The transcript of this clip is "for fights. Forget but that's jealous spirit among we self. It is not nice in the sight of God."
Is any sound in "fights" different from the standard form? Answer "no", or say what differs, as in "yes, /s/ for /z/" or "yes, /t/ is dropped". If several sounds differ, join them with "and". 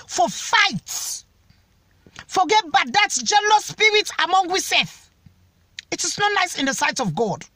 yes, /s/ is dropped